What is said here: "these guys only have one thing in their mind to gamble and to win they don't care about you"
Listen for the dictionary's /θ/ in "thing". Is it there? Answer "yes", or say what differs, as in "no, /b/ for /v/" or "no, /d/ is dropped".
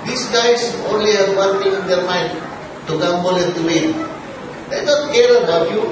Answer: no, /f/ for /θ/